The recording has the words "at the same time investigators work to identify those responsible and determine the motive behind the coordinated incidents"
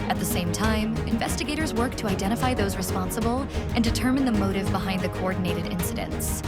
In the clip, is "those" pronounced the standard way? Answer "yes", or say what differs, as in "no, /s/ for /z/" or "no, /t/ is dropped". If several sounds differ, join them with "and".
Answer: yes